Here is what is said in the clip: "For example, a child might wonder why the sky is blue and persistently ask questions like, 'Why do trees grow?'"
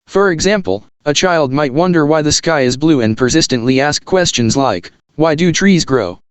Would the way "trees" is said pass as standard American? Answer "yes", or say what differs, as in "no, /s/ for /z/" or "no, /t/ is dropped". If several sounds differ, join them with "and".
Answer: yes